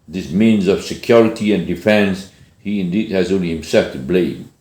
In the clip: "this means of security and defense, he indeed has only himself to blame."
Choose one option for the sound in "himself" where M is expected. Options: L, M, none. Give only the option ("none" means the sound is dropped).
M